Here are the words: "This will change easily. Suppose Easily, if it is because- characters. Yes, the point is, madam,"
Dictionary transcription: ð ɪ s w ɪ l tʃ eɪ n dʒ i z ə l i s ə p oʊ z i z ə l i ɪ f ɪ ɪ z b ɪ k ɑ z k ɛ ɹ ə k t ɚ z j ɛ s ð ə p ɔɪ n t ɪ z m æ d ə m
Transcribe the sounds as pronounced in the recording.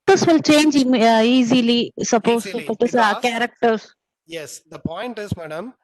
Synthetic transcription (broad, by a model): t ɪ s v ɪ l tʃ eɪ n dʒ i z ə l i s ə p oʊ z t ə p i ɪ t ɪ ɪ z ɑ k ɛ ɹ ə k t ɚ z j ɛ s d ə p ɔɪ n t ɪ z m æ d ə m